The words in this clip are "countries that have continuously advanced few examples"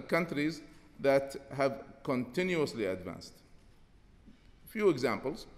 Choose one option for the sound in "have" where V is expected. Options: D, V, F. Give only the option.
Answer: V